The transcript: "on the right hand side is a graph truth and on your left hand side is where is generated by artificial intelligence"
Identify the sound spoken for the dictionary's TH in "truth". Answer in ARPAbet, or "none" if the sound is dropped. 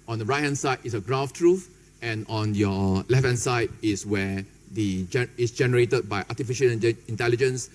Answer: F